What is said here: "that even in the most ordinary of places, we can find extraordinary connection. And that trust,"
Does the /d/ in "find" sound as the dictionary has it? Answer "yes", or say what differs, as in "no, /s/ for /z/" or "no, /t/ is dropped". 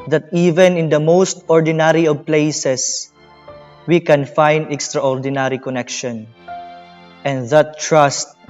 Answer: yes